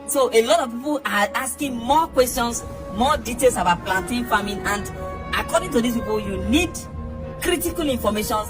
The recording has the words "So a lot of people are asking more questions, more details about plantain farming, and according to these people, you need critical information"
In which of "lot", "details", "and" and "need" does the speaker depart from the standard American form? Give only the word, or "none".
details